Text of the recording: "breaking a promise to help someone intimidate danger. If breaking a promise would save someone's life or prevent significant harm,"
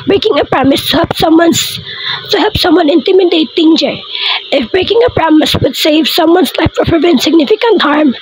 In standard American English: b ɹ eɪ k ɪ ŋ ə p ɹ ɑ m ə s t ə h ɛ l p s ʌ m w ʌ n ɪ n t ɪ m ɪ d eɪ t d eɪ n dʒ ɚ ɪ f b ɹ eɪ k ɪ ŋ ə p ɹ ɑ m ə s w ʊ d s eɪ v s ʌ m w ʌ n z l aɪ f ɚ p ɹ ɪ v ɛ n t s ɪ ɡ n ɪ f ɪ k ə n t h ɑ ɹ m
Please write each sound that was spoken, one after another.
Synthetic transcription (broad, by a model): b ɹ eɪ k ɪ ŋ ə p ɹ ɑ m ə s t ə h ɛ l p s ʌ m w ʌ n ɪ n t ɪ m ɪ d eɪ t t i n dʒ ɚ ɪ f b ɹ eɪ k ɪ ŋ ə p ɹ ɑ m ə s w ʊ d s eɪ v s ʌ m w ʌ n s l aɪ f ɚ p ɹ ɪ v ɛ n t s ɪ ɡ n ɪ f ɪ k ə n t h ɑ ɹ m